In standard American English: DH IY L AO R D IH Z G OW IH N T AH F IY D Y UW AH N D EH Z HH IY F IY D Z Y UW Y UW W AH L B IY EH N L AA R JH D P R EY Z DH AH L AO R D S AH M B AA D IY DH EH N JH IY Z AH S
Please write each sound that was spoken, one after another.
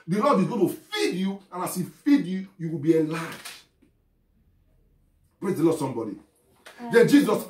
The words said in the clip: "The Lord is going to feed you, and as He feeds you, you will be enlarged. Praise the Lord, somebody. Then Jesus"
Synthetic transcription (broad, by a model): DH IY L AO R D IH Z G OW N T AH F IY D Y UW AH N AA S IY F IY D Y UW Y UW W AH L B IY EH L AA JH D P R EY Z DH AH L AO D S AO M B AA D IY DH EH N JH IY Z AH S